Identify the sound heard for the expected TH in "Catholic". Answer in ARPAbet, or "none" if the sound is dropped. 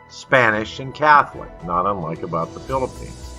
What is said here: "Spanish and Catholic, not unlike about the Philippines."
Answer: TH